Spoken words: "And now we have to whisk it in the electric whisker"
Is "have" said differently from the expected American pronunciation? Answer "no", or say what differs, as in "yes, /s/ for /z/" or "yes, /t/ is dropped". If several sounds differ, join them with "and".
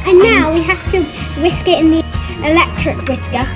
yes, /f/ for /v/